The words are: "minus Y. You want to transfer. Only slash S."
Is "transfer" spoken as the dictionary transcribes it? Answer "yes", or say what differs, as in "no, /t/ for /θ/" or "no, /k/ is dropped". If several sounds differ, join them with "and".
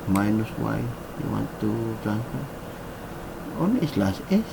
no, /ɹ/ is dropped